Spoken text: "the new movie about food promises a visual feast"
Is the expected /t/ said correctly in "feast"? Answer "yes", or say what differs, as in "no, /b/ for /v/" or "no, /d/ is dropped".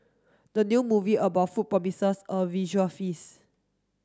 no, /t/ is dropped